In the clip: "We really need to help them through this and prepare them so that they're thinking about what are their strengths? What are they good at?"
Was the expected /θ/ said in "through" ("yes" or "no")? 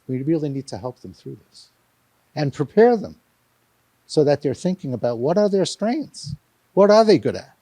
yes